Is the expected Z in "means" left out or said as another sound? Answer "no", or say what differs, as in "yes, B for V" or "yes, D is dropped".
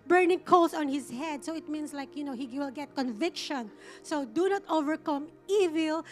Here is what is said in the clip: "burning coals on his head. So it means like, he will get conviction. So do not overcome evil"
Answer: yes, S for Z